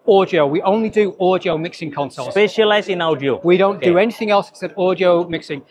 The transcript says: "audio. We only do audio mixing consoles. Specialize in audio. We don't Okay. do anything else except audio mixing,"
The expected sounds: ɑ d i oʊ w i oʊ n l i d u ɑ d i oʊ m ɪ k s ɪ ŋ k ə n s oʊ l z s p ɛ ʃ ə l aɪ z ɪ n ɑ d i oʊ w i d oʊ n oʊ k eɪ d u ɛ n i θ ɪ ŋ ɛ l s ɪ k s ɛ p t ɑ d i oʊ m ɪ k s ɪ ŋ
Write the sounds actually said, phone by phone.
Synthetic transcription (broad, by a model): ɑ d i oʊ w i oʊ n l i d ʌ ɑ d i oʊ m ɪ k s ɪ ŋ k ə n s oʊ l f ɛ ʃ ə l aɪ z ɪ n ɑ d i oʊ w i d oʊ n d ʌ ɛ n i θ ɪ ŋ ɛ l s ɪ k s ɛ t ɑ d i oʊ m ɪ k s ɪ ŋ